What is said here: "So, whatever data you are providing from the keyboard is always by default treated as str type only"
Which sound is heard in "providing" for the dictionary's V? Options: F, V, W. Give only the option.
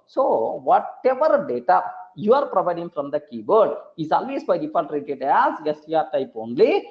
V